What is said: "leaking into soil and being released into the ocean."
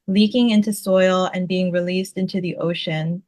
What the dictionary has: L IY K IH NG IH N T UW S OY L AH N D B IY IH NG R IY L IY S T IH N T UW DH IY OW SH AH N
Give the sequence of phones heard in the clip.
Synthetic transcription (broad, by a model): L IY K IH NG IH N T UW S OY L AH N B IY IH NG R IY L IY S T IH N T UW DH IY OW SH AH N